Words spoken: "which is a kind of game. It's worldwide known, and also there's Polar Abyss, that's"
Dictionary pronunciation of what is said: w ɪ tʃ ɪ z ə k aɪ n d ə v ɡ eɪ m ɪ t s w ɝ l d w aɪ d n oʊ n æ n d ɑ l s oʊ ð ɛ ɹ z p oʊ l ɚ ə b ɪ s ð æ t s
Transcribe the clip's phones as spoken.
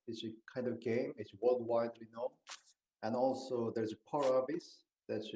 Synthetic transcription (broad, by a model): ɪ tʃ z ə k aɪ n d ə v ɡ eɪ m ɪ t s w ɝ l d w aɪ d n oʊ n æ n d ɑ l s oʊ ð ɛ ɹ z p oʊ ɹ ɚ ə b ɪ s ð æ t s